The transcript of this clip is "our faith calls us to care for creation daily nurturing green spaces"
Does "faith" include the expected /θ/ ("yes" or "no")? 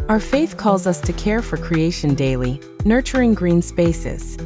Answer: yes